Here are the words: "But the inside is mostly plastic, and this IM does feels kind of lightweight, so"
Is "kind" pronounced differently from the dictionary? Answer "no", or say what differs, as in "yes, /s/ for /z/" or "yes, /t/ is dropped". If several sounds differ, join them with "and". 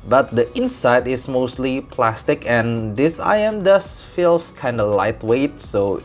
no